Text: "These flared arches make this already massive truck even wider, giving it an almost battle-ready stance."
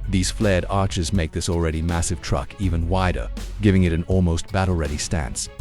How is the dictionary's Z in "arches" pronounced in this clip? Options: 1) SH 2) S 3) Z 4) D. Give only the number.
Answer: 3